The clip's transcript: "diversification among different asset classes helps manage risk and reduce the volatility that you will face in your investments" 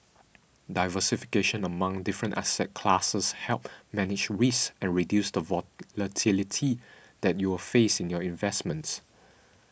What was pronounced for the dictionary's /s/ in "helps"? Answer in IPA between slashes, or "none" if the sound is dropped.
none